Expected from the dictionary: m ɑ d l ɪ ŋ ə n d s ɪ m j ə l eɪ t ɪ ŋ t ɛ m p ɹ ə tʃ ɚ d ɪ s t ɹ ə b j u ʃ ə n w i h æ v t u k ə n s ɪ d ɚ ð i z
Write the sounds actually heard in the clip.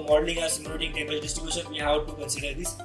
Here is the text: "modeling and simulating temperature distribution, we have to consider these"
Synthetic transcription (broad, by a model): m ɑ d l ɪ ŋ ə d s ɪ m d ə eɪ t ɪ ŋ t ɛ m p ə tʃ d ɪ s t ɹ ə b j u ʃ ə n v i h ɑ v t u k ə n s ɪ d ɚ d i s